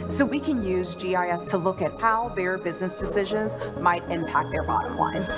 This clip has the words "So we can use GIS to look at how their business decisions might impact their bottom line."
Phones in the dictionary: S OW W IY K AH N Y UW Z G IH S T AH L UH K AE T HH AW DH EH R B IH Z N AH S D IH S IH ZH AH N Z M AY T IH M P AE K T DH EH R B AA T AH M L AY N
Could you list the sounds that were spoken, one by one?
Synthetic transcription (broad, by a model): S OW W IY K AH N Y UW Z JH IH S T AH L UH K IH T HH AW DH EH R B IH Z N AH S D IH S IH ZH AH N Z M AY T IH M P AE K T DH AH R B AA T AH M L AY N